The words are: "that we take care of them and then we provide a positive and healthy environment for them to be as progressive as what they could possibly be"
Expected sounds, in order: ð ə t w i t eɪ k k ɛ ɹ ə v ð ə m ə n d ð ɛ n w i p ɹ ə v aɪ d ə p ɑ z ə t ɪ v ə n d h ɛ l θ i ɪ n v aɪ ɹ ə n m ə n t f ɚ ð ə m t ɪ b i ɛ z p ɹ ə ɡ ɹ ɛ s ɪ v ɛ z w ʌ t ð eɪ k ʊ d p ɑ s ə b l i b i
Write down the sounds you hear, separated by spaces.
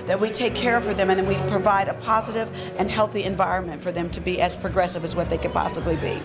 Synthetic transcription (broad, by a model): ð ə t w i t eɪ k k ɛ ɹ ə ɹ ð ə m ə n ð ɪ n w i p ɹ ə v aɪ d ə p ɑ z ə t ɪ v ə n h ɛ l θ i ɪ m v aɪ ɹ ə n m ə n t f ɚ ð ə m t ɪ b i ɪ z p ɹ ə ɡ ɹ ɛ s ɪ v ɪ z w ʌ t ð eɪ k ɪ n p ɑ s ə b l i b i